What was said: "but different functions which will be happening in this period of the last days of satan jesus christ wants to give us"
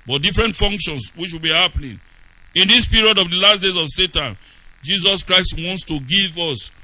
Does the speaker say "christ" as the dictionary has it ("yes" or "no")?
yes